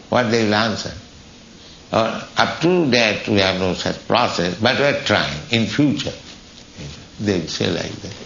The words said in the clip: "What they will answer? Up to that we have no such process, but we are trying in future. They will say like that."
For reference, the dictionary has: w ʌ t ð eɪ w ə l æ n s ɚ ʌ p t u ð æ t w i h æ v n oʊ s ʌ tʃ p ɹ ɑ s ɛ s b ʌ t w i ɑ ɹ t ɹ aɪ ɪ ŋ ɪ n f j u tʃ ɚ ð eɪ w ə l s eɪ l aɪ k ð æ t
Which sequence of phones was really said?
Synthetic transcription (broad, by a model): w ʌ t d eɪ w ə l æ n s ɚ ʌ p t u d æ t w i h æ v n oʊ s ʌ tʃ p ɹ ɑ s ɛ s b ʌ t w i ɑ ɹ t ɹ aɪ ɪ ŋ ɪ n f j u tʃ ɚ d eɪ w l s eɪ l aɪ k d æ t